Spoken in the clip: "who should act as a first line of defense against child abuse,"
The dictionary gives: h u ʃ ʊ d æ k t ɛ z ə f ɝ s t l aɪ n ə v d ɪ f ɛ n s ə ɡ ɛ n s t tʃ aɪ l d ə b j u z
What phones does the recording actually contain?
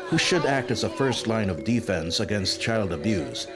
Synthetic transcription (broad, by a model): h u ʃ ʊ d æ k t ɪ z ə f ɝ s t l aɪ n ə v d ɪ f ɛ n s ə ɡ ɛ n s t tʃ aɪ l d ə b j u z